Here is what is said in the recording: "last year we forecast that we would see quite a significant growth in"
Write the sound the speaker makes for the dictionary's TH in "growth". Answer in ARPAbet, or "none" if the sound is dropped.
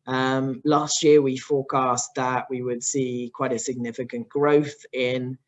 TH